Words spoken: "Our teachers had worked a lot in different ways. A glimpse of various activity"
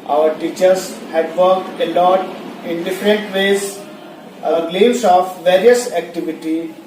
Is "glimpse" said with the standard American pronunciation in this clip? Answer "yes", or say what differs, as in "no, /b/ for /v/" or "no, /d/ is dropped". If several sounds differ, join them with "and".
no, /p/ is dropped